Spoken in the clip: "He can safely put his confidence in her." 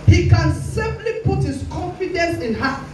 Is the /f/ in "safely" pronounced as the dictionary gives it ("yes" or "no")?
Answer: no